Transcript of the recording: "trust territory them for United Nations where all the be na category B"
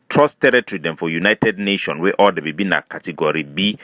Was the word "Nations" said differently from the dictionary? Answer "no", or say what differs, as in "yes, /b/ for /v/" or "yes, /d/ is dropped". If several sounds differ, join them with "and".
yes, /z/ is dropped